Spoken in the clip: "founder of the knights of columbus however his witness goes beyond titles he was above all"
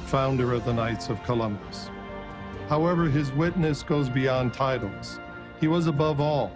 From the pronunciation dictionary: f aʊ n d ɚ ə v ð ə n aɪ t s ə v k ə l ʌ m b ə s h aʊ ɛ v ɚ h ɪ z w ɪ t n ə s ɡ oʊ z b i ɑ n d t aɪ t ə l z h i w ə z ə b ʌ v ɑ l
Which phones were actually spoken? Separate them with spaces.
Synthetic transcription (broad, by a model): f aʊ n d ɚ ə v ð ə n aɪ t s ə v k ə l ʌ m b ə s h aʊ ɛ v ɚ ɪ z w ɪ t n ə s ɡ oʊ z b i ɑ n t aɪ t l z h i w ə z ə b ʌ v ɑ l